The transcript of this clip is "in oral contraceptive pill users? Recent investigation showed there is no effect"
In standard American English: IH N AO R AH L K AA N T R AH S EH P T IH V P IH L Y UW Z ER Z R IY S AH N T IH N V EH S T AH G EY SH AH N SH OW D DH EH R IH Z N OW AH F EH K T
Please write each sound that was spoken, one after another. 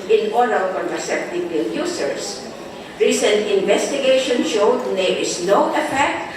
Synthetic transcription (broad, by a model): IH N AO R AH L K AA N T AH S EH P T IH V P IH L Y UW S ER S R IY S AH N T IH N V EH S T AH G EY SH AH N SH OW D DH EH R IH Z N OW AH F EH K T